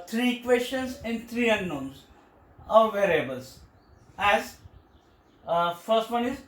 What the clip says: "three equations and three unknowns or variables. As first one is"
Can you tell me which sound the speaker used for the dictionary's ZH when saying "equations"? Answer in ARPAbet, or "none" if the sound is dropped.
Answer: S